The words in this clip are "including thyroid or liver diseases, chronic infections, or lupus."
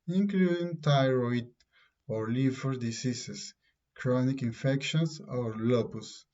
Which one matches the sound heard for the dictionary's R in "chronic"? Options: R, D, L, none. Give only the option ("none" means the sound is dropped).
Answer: R